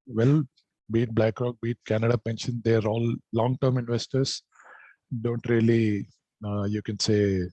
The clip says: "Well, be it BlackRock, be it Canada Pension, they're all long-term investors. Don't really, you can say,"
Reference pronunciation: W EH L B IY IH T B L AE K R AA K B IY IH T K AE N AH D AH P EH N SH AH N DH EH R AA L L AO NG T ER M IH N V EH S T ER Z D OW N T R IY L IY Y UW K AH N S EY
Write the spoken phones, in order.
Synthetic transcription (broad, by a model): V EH L B IY T B L AE K R AA K B IY T K AE N AH D AH P EH N SH AH N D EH R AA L L AO NG T ER M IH N V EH S T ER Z D OW N T R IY L IY Y UW K AH N S EY